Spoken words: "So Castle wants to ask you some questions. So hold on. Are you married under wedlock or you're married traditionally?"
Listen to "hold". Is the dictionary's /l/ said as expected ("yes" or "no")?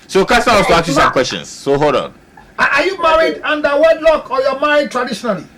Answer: no